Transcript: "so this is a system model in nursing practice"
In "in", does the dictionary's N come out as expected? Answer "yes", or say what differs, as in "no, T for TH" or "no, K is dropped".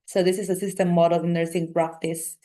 no, L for N